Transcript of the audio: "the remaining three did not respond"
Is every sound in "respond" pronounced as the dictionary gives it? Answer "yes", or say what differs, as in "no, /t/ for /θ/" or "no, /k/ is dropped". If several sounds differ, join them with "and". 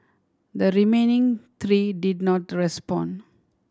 no, /d/ is dropped